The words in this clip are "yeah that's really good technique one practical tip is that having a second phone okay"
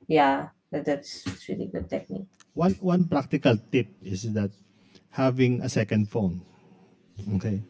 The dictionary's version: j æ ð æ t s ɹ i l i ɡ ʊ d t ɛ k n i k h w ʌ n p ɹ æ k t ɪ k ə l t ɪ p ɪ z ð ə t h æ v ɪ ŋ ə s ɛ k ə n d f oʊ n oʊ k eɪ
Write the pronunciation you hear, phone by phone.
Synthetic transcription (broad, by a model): j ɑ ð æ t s ɹ i l i ɡ ʊ d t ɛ k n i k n w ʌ n p ɹ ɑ k t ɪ k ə l t ɪ p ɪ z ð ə t h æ v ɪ ŋ ə s ɛ k ə n d f oʊ n oʊ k eɪ